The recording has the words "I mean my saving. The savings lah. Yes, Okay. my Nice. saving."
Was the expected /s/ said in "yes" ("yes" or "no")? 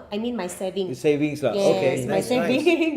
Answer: no